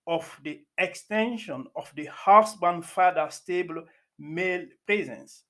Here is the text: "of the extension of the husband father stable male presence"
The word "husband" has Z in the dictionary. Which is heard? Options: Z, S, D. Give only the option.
S